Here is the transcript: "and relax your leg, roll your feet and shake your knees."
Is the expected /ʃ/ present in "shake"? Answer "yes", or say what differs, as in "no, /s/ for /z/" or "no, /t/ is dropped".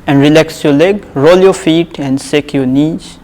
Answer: no, /s/ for /ʃ/